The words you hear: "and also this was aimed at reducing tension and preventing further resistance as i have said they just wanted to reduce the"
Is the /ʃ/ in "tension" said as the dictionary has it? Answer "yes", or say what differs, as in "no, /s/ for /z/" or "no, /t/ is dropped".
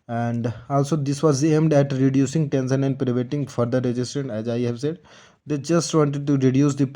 no, /s/ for /ʃ/